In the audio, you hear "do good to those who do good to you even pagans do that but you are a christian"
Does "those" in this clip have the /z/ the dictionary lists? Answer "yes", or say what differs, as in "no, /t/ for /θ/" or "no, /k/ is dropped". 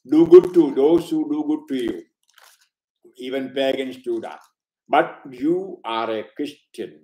no, /s/ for /z/